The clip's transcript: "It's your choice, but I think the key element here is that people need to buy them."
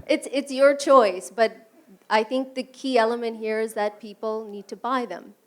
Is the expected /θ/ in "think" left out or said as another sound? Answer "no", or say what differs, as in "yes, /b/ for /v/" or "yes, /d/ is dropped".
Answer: no